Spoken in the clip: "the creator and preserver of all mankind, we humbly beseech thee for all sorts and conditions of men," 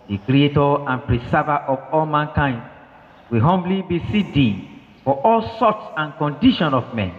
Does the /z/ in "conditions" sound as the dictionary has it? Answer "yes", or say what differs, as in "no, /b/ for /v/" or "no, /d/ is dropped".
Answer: no, /z/ is dropped